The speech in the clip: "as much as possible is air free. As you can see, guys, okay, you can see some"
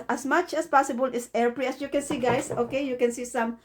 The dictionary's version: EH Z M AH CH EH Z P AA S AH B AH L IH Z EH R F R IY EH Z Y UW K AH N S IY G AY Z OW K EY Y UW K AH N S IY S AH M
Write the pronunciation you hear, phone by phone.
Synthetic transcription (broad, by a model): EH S M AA CH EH S P AA S AH B AH L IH S EH R P R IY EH S Y UW K AH N S IY G AY S OW K EY Y UW K AH N S IY S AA M